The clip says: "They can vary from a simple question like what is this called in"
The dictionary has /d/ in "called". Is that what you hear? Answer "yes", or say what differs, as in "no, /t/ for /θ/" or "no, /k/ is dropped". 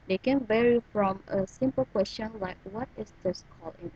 no, /d/ is dropped